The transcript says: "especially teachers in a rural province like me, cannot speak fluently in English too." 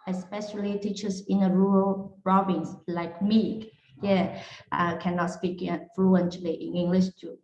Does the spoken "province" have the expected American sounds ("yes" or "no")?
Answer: no